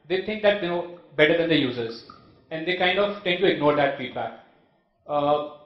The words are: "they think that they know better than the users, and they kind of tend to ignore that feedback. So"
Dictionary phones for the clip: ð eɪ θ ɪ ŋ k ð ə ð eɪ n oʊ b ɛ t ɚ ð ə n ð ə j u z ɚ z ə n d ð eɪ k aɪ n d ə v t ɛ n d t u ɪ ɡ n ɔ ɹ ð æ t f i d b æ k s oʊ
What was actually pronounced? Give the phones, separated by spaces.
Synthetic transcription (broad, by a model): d eɪ t ɪ ŋ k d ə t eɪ n oʊ b ɛ t ɚ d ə n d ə j u z ɚ z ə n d eɪ k aɪ n d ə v t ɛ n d t u ɪ ɡ n ɔ ɹ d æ t f i d b æ k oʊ